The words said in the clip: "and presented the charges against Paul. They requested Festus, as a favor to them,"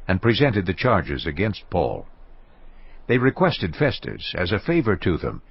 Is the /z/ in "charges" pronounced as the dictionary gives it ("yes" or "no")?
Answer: yes